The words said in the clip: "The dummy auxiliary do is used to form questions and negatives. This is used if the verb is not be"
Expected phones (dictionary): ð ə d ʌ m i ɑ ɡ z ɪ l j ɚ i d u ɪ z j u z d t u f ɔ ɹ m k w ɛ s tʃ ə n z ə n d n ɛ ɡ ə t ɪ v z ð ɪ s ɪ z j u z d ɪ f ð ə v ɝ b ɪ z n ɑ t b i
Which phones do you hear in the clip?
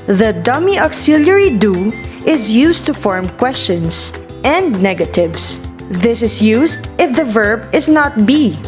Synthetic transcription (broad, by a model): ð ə d ʌ m i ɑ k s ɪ l j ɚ i d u ɪ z j u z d t u f ɔ ɹ m k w ɛ s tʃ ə n s ə n d n ɛ ɡ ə t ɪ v s ð ɪ s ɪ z j u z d ɪ f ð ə v ɝ b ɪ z n ɑ t b i